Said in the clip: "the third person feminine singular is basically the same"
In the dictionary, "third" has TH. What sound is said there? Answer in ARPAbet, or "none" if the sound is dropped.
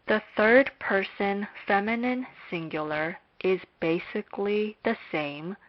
TH